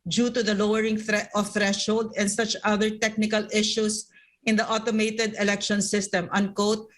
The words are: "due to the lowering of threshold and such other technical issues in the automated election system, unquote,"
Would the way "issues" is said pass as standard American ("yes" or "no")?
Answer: no